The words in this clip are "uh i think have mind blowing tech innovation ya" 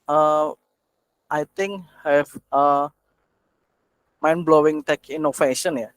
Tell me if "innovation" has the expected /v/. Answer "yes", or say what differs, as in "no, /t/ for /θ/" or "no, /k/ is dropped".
no, /f/ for /v/